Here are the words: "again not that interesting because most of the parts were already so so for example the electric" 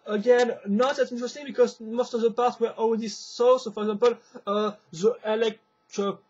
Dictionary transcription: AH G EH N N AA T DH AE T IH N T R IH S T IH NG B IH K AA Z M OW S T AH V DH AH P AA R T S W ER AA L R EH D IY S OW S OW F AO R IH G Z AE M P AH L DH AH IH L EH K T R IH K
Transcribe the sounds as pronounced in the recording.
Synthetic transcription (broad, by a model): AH G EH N N AA T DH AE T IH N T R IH S T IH NG B IH K AA Z M OW S T AH V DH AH P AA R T W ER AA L W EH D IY S OW S OW F AO R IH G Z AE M P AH L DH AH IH L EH K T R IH